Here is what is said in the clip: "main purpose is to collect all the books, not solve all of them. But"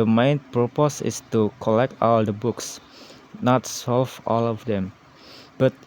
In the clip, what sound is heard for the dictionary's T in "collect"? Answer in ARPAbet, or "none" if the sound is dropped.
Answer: T